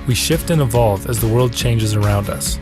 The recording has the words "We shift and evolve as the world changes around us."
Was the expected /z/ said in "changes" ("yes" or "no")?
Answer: yes